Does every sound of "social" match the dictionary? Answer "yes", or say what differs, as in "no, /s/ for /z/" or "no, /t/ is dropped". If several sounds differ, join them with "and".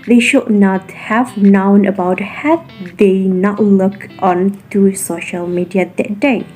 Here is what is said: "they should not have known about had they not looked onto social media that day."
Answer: yes